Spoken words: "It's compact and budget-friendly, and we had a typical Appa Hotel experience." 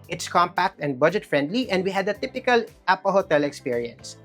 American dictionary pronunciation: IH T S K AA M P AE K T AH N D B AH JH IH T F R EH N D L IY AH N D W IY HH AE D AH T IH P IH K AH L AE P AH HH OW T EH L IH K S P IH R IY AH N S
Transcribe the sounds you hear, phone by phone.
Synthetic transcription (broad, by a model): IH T S K AA M P AE K T AH N D B AH JH IH T F R EH N D L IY AH N D W IY HH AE D AH T IH P IH K AH L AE P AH HH OW T EH L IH K S P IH R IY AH N S